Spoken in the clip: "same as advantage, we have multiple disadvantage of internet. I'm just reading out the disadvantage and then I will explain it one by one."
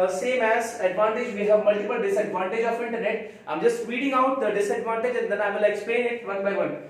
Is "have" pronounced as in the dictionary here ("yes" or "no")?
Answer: yes